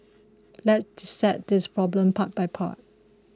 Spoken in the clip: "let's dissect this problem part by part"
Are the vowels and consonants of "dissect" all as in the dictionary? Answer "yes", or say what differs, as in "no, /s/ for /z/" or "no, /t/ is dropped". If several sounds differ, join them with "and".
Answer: no, /k/ is dropped